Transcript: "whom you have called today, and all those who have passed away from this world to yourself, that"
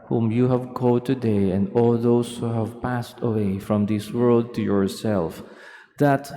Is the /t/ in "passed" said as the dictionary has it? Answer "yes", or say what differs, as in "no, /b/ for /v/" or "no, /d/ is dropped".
yes